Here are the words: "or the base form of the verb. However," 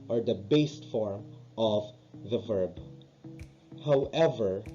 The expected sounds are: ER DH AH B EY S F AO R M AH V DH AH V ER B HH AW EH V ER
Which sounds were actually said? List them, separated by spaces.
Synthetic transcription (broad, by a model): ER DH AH B EY S F AO R M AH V DH AH V ER B HH AW EH V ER